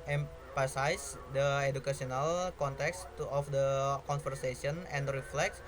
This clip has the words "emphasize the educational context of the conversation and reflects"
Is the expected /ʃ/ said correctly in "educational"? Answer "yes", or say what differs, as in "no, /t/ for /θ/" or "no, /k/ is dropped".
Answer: no, /s/ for /ʃ/